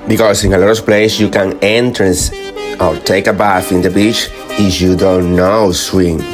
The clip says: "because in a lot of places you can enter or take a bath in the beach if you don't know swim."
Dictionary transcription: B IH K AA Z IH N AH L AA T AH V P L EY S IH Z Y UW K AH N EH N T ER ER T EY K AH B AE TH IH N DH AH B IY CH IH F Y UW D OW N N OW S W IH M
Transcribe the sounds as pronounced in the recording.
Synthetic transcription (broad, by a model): B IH K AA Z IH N AH L AA T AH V P L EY IH S Y UW K AH N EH N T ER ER T EY K AH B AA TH IH N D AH B IY CH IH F Y UW D OW N N OW S W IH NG